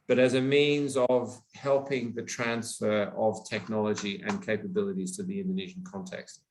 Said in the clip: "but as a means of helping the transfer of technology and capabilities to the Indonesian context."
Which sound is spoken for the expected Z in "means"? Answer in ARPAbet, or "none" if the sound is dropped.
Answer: Z